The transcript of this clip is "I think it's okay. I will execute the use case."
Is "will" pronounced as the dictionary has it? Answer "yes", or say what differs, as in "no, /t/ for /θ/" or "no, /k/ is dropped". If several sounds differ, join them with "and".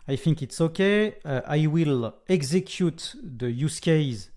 yes